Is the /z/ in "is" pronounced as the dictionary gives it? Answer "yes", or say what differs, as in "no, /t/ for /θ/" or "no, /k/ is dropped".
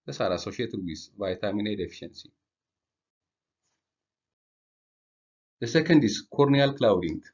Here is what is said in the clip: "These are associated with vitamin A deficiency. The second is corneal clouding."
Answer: no, /s/ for /z/